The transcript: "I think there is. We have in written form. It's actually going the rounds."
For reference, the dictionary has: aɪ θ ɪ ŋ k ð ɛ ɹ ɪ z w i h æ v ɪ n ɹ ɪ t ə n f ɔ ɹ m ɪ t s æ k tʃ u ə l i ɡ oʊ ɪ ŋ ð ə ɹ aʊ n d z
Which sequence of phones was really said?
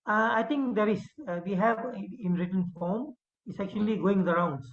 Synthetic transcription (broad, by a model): aɪ t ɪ ŋ k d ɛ ɹ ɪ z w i h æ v ɪ n ɹ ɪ t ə n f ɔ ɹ m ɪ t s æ k tʃ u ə l i ɡ oʊ ɪ ŋ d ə ɹ aʊ n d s